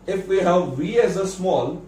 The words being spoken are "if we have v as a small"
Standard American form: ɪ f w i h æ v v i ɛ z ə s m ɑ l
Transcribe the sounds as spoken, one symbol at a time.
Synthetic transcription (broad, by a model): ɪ f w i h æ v v i ɛ z ə s m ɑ l